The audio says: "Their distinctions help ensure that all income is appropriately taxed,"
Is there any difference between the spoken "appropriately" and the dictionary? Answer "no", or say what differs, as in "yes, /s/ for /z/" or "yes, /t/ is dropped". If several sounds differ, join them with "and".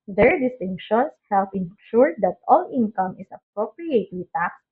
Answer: yes, /l/ is dropped